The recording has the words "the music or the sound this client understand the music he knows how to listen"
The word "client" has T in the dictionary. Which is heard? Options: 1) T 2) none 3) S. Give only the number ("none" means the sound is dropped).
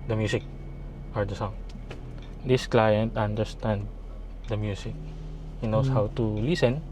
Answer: 1